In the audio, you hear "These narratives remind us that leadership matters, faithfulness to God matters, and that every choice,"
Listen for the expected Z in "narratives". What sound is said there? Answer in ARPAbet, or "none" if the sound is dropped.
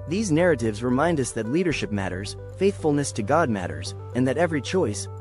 Z